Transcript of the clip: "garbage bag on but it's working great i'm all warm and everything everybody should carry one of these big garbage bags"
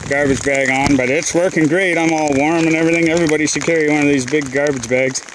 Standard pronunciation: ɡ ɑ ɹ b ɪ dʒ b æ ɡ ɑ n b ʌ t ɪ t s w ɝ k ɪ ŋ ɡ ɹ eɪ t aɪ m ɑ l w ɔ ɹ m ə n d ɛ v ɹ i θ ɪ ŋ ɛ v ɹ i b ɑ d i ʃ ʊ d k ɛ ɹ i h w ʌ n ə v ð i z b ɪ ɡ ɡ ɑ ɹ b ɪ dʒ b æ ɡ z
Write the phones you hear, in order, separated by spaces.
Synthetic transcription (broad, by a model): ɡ ɑ ɹ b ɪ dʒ b æ ɡ n b ʌ t ɪ t s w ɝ k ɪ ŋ ɡ ɹ eɪ t aɪ m ɑ l w ɔ ɹ m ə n ɛ v ɹ i θ ɪ ŋ ɛ v ɹ i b ɑ d i s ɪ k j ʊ ɹ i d w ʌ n ə v ð i z b ɪ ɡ ɡ ɑ ɹ b ɪ dʒ b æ ɡ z